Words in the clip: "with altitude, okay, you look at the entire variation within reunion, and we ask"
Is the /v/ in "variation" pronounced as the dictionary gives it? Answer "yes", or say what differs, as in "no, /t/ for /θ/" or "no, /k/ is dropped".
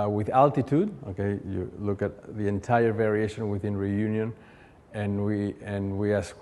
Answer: yes